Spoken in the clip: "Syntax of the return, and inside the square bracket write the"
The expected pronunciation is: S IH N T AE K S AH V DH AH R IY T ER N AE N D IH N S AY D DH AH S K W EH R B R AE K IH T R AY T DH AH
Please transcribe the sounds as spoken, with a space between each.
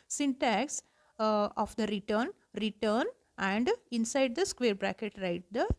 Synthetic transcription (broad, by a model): S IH N T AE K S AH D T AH R IY T ER N AE N D IH N S AY D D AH S K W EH R B R AE K IH T R AY T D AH